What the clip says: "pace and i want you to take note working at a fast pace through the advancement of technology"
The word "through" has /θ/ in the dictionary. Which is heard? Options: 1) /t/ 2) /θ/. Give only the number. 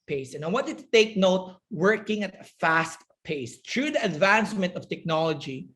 1